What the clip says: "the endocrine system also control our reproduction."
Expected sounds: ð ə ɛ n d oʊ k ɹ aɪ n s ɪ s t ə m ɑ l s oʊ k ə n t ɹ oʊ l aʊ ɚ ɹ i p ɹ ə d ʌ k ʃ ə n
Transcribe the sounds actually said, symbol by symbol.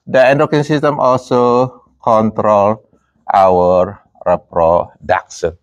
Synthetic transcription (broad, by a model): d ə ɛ n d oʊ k i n s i s t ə m ɑ l s oʊ k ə n t ɹ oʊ l aʊ ɚ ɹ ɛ p ɹ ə d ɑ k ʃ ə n